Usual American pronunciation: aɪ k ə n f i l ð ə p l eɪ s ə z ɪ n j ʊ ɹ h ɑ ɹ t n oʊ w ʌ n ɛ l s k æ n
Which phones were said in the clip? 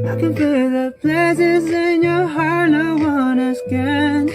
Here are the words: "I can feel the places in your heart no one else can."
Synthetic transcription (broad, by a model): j k ə n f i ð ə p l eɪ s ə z ɪ n j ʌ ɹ h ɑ ɹ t n oʊ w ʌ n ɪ s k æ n